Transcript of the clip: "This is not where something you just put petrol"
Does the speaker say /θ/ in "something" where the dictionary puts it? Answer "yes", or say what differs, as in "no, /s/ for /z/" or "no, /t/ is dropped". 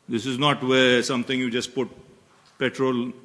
no, /t/ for /θ/